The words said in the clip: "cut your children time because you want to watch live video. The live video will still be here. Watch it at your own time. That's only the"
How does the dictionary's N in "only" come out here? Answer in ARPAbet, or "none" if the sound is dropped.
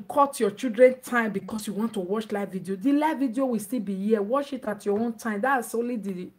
none